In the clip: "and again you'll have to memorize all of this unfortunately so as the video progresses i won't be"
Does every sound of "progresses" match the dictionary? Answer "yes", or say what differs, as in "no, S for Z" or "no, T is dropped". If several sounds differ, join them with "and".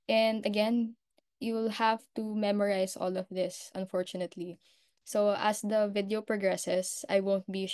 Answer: no, S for Z